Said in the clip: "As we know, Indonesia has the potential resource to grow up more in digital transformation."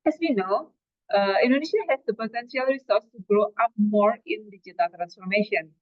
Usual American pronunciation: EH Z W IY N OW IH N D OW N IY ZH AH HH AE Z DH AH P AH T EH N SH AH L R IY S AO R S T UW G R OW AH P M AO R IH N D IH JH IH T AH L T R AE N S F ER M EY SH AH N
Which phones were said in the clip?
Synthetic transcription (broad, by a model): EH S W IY N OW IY N D OW N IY SH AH HH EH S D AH P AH T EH N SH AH L R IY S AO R S T UW G R OW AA P M AO R IH N D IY JH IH T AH L T R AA N S F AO M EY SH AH N